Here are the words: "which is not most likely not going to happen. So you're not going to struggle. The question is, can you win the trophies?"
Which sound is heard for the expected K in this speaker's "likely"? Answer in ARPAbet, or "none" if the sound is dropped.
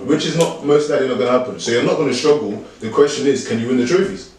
none